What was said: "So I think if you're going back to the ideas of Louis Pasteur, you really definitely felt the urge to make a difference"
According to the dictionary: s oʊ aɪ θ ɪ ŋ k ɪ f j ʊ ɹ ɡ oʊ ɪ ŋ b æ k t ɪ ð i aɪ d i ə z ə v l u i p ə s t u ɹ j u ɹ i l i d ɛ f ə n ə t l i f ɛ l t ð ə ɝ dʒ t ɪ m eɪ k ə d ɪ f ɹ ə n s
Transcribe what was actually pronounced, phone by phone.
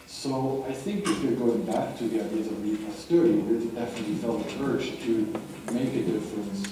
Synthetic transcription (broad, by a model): s oʊ aɪ θ ɪ ŋ k ɪ f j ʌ ɹ ɡ oʊ ɪ ŋ b æ k t ɪ ð i aɪ d i ə z ə v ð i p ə s t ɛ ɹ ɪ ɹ i w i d ɛ f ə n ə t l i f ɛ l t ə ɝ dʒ t ɪ m eɪ k ə d ɪ f ɹ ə n s